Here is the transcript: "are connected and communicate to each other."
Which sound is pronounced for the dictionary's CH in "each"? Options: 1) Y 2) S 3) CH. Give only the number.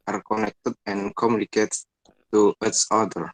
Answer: 2